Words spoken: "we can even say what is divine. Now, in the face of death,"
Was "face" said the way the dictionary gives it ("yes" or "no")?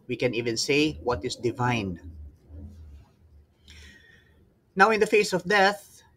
yes